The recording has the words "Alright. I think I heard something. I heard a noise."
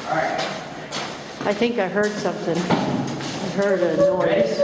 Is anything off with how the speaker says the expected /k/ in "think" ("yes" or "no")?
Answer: no